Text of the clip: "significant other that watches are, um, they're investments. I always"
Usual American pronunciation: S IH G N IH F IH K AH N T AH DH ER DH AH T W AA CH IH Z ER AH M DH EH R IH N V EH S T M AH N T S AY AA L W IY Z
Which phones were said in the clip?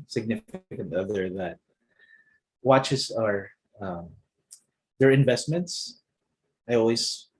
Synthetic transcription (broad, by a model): S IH G N IH F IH K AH N T AH DH ER DH AH T W AA CH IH S ER AH M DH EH R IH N V EH S T M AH N T S AY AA L W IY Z